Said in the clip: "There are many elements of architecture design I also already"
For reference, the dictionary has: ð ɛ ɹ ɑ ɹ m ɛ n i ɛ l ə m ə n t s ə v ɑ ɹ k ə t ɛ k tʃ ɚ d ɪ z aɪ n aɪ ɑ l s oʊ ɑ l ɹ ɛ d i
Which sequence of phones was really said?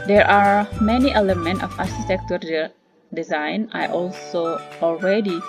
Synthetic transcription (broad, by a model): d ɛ ɹ ɑ ɹ m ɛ n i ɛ l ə m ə n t ə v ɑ ɹ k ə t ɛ k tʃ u d ɪ z aɪ n aɪ ɑ l s oʊ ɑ l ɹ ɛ d i